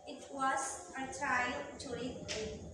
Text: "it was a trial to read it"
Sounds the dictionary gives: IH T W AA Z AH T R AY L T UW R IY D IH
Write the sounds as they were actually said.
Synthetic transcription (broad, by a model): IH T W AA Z AH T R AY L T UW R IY IH